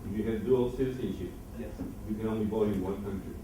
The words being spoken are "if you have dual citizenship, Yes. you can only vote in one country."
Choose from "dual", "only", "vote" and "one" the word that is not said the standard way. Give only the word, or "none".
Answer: vote